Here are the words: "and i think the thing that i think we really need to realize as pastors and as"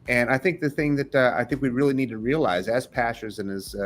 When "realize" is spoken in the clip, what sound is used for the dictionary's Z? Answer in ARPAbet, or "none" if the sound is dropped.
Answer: Z